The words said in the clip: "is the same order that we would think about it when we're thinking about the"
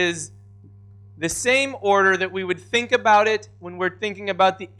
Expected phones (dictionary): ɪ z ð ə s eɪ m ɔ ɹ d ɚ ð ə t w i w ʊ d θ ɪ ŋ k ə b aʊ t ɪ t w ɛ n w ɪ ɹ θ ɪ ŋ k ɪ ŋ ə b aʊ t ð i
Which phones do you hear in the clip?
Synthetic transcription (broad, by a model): ɪ z ð ə s eɪ m ɔ ɹ d ɚ ð ə t w i w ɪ d θ ɪ ŋ k ə b aʊ t ɪ t w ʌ n w ɪ ɹ θ ɪ ŋ k ɪ ŋ ə b aʊ t ð i